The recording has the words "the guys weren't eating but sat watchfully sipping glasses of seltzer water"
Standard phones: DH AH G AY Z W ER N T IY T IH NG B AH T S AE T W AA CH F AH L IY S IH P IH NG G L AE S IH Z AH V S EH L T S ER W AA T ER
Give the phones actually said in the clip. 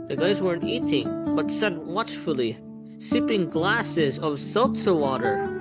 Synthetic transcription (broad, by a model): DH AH G AY Z W ER N T IY T IH NG B AH T S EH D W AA CH F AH L IY S IH P IH NG G L AE S IH Z AH V S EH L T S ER W AA T ER